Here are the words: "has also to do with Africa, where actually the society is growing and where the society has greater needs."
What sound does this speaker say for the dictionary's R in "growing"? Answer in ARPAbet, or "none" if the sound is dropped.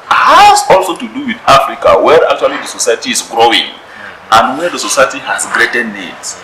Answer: R